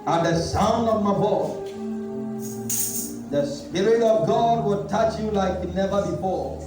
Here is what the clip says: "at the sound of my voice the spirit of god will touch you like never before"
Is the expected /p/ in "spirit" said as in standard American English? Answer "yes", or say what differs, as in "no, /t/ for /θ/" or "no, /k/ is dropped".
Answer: yes